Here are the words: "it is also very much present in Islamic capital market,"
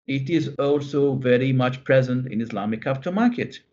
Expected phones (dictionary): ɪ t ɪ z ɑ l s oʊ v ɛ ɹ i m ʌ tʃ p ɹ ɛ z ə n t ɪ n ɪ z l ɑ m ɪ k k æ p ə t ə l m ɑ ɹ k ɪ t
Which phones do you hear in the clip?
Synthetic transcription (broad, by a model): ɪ t ɪ z ɑ l s oʊ v ɛ ɹ i m ʌ tʃ p ɹ ɛ z ə n t ɪ n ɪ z l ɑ m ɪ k k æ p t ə m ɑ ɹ k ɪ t